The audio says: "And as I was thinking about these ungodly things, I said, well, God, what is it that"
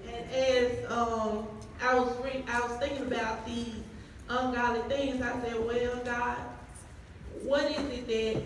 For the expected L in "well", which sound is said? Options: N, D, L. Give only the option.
N